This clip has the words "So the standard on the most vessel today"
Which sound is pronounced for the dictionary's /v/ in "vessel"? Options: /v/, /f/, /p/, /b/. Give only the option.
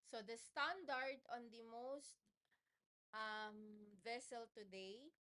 /v/